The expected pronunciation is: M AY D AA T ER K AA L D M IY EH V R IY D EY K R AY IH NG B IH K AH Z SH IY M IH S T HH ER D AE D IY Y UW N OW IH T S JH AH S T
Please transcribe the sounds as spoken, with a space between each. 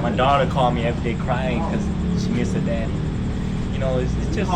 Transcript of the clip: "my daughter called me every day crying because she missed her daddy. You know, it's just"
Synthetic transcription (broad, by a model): M AY D AA T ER K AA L M IY EH V R IY D EY K R AY IH NG K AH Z SH IY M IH S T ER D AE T Y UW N OW IH T S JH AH S